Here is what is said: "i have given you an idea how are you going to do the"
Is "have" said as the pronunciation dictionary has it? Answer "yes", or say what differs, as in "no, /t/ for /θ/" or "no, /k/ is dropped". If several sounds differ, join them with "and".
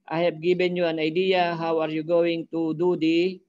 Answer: no, /p/ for /v/